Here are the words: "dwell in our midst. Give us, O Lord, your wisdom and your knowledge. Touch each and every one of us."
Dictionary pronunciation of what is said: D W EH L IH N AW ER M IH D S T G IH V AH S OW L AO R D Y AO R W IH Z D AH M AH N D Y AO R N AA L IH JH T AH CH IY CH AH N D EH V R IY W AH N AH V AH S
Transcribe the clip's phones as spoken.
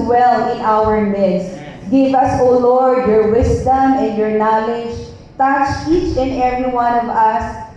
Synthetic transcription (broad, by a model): W EH L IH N AW ER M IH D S G IH V AH S OW L AO R D Y AO R W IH S D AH M AH N D Y AO R N AA L IH JH T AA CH IY CH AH N EH V R IY W AH N AH V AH S